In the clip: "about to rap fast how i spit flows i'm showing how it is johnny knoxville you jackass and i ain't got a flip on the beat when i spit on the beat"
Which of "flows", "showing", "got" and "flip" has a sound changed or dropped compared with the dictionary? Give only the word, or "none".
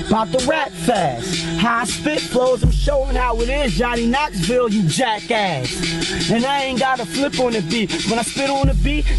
none